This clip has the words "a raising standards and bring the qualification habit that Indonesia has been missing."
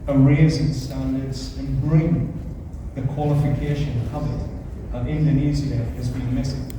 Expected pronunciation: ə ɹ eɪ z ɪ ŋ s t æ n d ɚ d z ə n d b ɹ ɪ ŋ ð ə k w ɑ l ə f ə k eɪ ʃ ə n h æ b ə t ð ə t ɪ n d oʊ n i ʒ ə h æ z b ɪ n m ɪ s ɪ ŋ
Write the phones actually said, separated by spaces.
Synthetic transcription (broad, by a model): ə ɹ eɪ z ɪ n s t æ n d ɚ d z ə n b ɹ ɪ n ð ə k w ɑ l ə f ə k eɪ ʃ ə n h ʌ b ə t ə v ɪ n d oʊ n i z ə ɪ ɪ z b ɪ n m ɪ s ɪ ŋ